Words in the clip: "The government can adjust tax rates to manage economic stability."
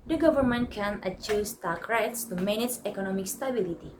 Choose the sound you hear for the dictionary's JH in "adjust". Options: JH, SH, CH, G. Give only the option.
CH